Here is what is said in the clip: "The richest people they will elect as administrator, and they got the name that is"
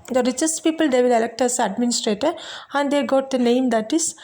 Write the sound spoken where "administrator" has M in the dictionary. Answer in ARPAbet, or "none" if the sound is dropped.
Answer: M